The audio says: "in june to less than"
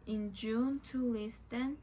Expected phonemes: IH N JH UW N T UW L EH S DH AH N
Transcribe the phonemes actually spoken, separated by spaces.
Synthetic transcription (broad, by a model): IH N JH UW N T UW L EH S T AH N